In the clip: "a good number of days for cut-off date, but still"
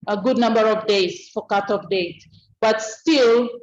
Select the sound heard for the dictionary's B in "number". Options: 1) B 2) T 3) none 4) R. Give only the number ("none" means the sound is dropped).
1